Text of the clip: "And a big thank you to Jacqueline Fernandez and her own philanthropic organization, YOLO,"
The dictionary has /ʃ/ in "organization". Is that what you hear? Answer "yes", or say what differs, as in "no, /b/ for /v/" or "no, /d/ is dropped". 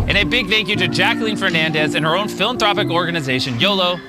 yes